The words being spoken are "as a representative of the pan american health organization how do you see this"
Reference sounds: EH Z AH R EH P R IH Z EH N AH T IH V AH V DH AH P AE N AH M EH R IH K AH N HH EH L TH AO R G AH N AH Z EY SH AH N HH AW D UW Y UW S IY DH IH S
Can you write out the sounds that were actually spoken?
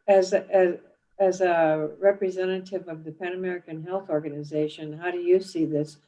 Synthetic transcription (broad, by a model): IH Z AH R EH P R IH Z EH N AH T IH V AH V DH AH P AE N AH M EH R IH K AH N HH EH L TH AO R G AH N AH Z EY SH AH N HH AW D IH Y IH S IY DH IH S